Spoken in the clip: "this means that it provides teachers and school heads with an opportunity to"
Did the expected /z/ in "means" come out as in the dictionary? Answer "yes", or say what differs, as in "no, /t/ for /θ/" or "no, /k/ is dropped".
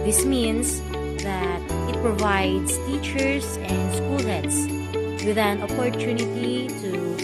no, /s/ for /z/